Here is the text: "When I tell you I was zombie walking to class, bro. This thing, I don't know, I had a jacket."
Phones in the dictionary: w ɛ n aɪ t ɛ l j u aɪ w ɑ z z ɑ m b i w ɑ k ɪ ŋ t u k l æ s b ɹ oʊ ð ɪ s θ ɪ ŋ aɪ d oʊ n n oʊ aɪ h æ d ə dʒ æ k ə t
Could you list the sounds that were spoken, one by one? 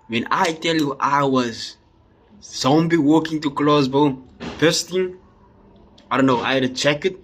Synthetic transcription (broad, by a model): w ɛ n aɪ t ɛ l j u aɪ w ɑ z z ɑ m b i w ɑ k ɪ ŋ t u k l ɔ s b oʊ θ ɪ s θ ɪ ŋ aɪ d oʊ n n oʊ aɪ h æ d ə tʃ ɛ k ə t